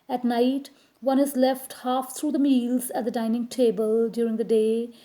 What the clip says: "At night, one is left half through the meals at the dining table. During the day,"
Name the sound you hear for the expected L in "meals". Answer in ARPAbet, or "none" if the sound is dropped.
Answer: L